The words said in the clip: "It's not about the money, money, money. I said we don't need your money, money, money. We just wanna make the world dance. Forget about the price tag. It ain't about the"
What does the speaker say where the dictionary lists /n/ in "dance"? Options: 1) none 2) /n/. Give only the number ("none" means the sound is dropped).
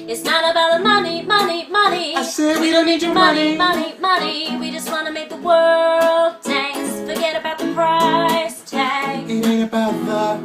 1